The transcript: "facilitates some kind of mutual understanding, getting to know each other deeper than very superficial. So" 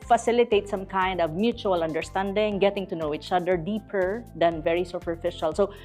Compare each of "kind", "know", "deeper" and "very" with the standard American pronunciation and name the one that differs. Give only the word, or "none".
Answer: none